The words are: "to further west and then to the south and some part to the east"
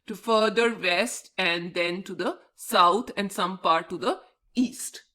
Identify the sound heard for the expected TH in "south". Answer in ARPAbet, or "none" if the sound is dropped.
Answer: T